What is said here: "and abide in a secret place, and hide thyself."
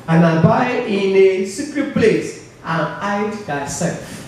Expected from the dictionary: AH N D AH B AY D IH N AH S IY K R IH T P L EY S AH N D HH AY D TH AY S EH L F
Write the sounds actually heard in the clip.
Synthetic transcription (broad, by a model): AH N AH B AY IH N AH S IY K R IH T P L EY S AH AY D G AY S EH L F